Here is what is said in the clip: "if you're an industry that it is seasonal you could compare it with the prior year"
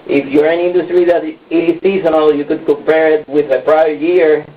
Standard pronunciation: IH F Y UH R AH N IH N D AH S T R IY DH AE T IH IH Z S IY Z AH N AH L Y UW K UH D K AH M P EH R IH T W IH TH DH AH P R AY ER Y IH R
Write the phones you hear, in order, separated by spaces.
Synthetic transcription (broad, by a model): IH F Y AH R AH N IH N D AH S T R IY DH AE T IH S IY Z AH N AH L Y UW K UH D K AH M P EH R IH T W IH DH AH P R AY ER Y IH R